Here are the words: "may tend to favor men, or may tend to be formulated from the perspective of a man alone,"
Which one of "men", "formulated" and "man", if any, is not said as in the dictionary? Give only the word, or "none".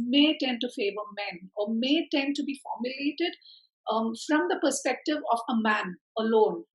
none